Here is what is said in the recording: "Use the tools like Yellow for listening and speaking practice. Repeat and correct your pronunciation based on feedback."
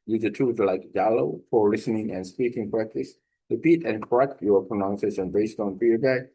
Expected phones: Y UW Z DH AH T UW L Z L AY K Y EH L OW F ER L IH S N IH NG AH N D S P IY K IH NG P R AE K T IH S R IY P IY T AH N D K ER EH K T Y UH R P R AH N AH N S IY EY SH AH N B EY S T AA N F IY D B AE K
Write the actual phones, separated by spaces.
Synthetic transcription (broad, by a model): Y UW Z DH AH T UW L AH L AY K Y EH L OW F ER L IH S N IH NG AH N S P IY K IH NG P R AE K T IH S R IY P IY T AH N K ER EH K T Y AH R P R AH N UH N S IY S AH N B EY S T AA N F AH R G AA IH